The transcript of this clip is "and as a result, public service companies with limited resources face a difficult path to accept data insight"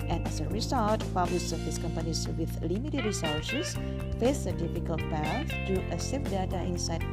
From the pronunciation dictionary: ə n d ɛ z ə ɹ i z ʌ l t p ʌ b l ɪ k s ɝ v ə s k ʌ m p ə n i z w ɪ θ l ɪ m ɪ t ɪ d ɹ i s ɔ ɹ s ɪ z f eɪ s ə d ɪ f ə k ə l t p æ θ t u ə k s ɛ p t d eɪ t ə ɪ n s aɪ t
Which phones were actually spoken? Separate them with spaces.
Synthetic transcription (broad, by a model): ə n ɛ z ə ɹ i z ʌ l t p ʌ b l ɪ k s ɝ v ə s k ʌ m p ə n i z w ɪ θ l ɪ m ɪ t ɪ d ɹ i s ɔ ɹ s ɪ s f eɪ s ə d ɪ f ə k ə l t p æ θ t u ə s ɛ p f d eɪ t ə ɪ n s aɪ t